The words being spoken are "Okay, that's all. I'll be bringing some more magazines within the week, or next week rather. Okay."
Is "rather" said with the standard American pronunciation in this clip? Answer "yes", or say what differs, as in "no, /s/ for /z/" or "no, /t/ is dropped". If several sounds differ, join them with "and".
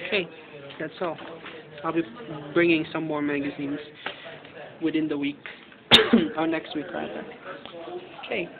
no, /ð/ is dropped